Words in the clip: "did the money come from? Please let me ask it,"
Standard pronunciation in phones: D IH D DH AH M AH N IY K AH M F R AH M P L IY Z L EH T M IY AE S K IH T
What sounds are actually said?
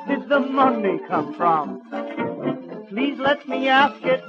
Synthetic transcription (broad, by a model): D IH D DH AH M AH N IY K AH M F R AH M P L IY Z L EH T M IY AE S K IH T